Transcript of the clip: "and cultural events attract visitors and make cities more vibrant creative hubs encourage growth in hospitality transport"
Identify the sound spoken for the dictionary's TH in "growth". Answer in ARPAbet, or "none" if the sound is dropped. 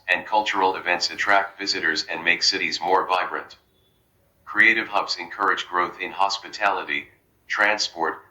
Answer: TH